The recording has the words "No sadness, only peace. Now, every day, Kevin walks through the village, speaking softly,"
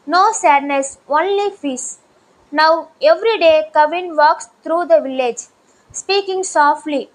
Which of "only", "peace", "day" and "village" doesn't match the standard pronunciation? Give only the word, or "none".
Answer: peace